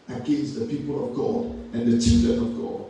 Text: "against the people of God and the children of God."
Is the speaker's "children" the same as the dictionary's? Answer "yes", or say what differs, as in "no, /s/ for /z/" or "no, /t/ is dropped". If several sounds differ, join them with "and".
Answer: no, /ɹ/ is dropped